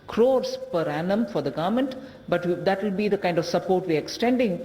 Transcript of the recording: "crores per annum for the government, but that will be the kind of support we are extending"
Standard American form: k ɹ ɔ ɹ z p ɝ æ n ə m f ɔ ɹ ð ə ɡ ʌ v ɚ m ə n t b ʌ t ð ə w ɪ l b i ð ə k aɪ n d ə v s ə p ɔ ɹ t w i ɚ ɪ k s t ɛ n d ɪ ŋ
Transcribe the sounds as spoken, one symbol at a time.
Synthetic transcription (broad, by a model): k ɹ ɔ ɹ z p ɝ æ n ə m f ɔ ɹ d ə ɡ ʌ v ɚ m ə n t b ʌ t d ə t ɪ l b i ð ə k aɪ n d ə v s ə p ɔ ɹ t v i ɚ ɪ k s t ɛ n d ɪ ŋ